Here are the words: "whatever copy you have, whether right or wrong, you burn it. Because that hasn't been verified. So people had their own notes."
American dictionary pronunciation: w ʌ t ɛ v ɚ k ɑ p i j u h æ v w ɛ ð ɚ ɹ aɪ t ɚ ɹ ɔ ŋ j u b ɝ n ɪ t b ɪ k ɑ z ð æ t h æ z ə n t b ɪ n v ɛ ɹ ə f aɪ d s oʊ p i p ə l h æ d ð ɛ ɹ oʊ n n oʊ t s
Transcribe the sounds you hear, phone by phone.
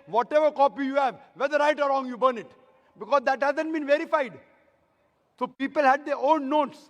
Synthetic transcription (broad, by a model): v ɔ t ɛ v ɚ k ɑ p i j u h æ v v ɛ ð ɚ ɹ aɪ t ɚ ɹ ɔ ŋ j u b ɝ n ɪ t b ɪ k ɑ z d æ t h æ z ə n t b ɪ n v ɛ ɹ ə f aɪ d s oʊ p i p ə l h æ d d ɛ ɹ oʊ n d oʊ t s